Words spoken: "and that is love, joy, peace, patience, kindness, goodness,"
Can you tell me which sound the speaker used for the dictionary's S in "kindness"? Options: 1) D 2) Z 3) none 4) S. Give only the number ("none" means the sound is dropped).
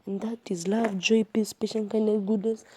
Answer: 3